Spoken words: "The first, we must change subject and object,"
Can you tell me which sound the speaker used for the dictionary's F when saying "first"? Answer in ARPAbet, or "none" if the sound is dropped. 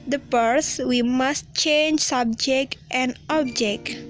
P